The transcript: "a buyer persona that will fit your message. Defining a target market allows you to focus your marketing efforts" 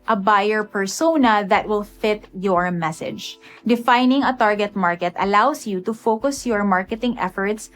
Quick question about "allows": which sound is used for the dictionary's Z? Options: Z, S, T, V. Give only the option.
S